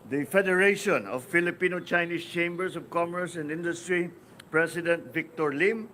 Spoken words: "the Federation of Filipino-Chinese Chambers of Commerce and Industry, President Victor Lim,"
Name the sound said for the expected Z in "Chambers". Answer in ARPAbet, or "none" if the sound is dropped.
S